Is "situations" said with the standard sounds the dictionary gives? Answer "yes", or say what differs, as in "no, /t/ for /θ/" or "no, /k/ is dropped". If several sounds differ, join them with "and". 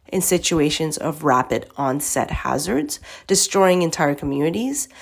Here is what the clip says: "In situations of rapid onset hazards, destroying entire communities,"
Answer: yes